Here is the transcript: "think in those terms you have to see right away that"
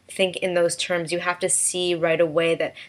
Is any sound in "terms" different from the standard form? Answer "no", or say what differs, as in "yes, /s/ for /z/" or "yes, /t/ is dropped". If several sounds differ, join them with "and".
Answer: no